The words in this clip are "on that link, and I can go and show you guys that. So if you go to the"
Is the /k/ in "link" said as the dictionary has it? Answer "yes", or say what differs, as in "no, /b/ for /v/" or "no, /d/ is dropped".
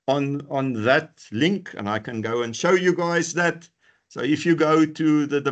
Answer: yes